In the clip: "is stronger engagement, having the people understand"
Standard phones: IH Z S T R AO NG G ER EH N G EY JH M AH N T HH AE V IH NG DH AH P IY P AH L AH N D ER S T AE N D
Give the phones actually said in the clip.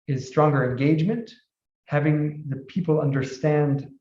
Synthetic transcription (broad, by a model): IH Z S T R AO NG G ER EH N G EY JH M AH N T HH AE V IH NG DH AH P IY P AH L AH N D ER S T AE N D